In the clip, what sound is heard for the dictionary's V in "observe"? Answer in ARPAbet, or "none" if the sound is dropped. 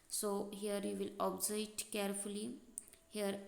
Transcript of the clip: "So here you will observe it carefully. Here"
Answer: none